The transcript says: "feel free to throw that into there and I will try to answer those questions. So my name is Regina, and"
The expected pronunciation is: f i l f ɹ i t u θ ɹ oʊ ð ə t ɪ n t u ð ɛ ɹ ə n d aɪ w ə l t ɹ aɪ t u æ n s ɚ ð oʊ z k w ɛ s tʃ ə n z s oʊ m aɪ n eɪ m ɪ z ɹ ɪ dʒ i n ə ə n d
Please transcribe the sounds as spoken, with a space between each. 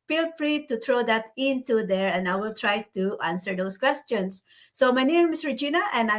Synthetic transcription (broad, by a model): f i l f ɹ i t u t ɹ oʊ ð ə t ɪ n t u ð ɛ ɹ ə n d aɪ w ə l t ɹ aɪ t u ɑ n s ɚ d oʊ s k w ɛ s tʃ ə n s oʊ m aɪ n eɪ m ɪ s ɹ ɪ dʒ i n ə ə n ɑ